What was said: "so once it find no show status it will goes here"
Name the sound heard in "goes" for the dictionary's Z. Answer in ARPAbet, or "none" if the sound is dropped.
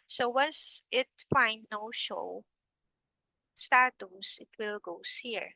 S